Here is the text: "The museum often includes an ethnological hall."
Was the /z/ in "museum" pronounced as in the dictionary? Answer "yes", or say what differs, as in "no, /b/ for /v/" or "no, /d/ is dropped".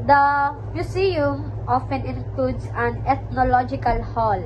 no, /s/ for /z/